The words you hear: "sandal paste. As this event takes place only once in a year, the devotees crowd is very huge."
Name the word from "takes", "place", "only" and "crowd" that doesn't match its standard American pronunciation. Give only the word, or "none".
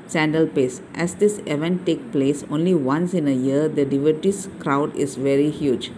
takes